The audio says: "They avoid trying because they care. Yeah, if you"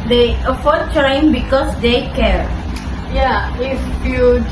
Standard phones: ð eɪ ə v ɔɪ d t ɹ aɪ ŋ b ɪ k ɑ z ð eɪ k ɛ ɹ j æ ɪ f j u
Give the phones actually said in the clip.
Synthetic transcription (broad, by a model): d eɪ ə f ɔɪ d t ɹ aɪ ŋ b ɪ k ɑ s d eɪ k ɛ ɹ j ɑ ɪ f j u